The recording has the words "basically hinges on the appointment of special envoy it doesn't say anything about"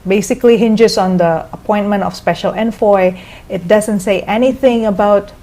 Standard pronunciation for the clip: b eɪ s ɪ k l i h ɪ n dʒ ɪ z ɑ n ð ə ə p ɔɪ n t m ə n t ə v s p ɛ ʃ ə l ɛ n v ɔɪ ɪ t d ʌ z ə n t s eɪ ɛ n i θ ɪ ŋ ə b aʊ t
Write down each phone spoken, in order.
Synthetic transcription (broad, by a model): b eɪ s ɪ k l i h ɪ n dʒ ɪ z ɑ n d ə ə p ɔɪ n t m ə n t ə f s p ɛ ʃ ə l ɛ n f ɔɪ ɪ t d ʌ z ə n t s eɪ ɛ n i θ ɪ ŋ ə b aʊ t